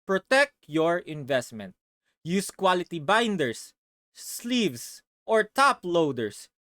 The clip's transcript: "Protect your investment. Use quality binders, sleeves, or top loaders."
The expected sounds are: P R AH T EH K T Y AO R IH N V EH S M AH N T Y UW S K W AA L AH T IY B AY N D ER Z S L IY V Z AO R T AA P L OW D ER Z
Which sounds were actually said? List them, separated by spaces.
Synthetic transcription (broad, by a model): P R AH T EH K T Y AO R IH N V EH S M AH N T Y UW S K W AA L AH T IY B AY N D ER S L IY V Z AO R T AA P L OW D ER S